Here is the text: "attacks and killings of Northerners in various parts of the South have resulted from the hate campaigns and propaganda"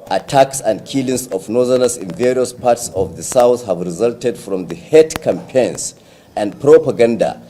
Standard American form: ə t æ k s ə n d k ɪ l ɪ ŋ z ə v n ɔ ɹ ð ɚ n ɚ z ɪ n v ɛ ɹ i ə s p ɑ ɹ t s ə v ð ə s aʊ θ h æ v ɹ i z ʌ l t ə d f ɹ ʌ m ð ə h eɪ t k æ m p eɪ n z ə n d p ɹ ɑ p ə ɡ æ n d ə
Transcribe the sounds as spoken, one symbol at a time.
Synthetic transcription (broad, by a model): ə t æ k s ə n d k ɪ l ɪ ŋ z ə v n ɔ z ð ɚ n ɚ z ɪ n v ɛ ɹ i ə s p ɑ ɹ t s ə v ð ə s aʊ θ h æ v ɹ i z ʌ l t ə d f ɹ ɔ m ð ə h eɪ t k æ m p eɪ n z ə n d p ɹ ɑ p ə ɡ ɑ n d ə